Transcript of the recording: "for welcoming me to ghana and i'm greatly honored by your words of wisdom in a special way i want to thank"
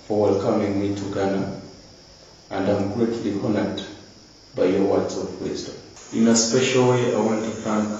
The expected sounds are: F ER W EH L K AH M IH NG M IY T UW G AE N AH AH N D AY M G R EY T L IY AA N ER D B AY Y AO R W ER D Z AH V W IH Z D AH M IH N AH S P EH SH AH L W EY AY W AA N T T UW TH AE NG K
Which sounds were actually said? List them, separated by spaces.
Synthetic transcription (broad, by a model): F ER W EH L K AH M IH NG M IY T UW G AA N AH AH N D AY M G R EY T L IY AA N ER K B AY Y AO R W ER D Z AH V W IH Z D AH IH N AH S P EH SH AH L W EY AY W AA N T T UW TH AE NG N